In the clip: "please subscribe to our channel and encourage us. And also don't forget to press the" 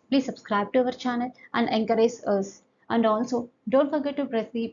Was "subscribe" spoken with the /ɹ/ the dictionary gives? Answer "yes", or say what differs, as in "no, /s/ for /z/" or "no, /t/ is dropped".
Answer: yes